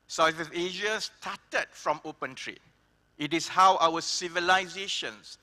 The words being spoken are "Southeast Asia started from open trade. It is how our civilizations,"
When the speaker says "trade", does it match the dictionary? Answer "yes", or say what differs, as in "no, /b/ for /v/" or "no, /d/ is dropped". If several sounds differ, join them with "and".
no, /d/ is dropped